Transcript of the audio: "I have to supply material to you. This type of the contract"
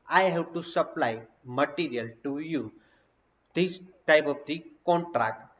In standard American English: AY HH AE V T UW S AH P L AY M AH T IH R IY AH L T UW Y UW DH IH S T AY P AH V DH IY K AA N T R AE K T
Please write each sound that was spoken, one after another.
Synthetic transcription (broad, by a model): AY HH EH B T UW S AH P L AY M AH T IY R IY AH L T UW Y UW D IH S T AY P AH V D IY K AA N T R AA K T